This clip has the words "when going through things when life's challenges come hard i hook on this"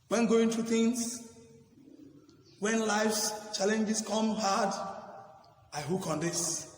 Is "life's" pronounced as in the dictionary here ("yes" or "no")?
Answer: yes